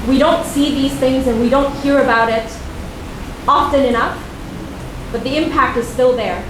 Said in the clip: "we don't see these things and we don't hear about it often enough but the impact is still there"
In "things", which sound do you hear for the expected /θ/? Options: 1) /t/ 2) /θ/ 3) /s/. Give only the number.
2